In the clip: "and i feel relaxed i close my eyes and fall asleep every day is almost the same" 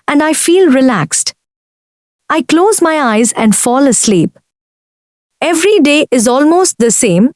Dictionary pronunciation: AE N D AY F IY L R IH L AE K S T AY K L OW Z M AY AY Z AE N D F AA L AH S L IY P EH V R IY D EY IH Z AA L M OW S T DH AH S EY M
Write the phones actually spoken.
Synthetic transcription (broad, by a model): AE N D AY F IY L R IH L AE K S T AY K L OW Z M AY AY Z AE N D F AA L AH S L IY P EH V R IY D EY IH Z AA L M OW S T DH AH S EY M